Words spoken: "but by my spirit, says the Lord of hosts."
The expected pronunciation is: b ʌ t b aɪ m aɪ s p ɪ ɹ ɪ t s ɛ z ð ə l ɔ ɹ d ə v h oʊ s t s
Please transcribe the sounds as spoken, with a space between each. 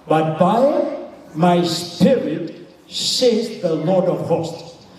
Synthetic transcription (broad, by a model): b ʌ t b aɪ m aɪ s p ɪ ɹ ɪ t s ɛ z ð ə l ɔ ɹ d ə v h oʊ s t